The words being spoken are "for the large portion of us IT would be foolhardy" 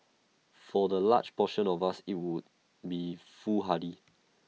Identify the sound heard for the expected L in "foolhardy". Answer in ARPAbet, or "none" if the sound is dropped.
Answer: none